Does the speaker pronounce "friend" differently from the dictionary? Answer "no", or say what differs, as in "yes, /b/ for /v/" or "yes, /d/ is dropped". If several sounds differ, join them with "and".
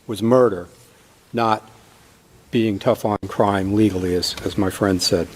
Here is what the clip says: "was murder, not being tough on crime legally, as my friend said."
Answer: no